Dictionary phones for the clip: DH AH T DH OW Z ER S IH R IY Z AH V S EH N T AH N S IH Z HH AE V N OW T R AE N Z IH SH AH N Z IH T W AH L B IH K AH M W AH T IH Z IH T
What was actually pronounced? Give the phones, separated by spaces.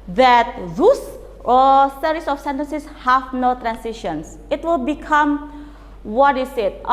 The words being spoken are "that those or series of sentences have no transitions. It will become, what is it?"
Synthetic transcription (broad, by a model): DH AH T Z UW S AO S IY R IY S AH F S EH N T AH N S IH S HH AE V N OW T R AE N S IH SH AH N S IH T W AH L B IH K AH M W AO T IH S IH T